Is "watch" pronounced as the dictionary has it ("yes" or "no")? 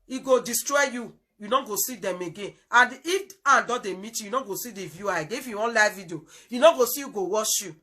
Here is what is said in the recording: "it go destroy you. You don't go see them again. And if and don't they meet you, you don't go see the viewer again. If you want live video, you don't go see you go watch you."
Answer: no